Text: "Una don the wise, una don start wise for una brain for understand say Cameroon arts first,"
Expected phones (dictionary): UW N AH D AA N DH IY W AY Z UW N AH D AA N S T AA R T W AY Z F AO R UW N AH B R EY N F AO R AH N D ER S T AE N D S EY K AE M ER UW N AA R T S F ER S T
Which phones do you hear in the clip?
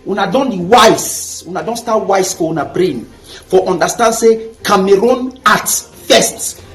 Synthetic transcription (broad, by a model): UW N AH D AA N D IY W AY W UW N AH D AA N S T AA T W AY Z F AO W UW N AH B R EY N F AO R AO N D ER S T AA N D S EY K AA M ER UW N AA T F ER S T